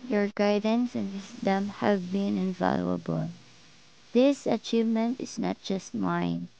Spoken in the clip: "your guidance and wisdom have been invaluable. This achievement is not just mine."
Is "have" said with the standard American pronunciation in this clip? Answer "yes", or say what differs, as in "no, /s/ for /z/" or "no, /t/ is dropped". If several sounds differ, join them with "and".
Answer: yes